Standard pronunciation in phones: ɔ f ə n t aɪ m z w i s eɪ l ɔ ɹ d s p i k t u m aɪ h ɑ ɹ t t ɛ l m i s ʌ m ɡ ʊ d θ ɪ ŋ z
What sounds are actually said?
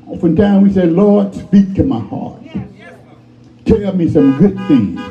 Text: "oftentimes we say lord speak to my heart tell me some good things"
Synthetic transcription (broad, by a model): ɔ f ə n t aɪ w i s eɪ l ɔ ɹ d s p i k t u m aɪ h ɑ ɹ t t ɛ m i s ʌ m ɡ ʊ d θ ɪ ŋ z